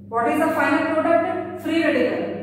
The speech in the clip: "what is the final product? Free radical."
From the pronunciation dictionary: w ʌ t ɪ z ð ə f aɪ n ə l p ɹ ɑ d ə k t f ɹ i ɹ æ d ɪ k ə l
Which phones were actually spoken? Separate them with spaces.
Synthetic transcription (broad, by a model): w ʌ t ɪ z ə f aɪ n ə l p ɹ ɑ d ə t f ɹ i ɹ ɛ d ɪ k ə